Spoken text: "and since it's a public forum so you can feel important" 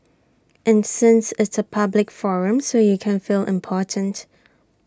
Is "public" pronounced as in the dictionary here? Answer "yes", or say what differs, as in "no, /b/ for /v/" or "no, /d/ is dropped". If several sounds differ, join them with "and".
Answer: yes